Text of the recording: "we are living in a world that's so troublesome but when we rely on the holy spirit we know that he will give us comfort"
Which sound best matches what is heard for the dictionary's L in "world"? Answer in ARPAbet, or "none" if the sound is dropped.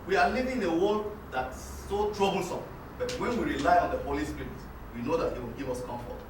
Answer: none